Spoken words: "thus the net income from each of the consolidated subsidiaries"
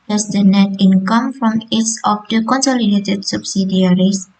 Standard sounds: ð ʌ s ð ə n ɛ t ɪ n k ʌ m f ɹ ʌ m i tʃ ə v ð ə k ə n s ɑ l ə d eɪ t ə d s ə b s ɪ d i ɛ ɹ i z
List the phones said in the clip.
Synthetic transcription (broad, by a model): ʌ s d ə n ɛ t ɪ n k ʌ m f ɹ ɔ m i s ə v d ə k ə n s ɑ l ə d eɪ t ə d s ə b s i d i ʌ ɹ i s